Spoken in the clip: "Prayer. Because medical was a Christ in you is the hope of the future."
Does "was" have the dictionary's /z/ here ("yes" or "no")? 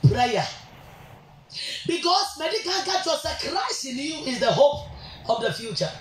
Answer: no